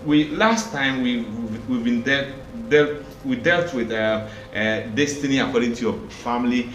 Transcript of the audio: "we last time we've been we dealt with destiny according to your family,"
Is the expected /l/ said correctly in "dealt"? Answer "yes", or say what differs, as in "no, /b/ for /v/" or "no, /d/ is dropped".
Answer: yes